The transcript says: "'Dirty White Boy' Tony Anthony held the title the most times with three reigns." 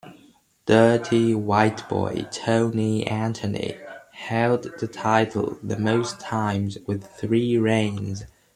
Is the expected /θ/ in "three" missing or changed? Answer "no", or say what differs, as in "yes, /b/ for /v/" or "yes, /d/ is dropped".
no